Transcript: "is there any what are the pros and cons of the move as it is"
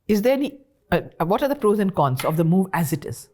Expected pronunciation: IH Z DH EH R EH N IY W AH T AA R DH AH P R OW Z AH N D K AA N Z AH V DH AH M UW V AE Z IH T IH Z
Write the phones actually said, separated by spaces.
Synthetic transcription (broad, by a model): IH Z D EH R EH N IY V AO T AA R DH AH F R OW Z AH N K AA N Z AH V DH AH M UW V AE Z IH T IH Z